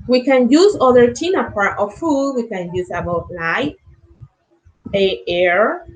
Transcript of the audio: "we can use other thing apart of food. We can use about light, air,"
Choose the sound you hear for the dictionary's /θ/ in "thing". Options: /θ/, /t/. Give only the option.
/t/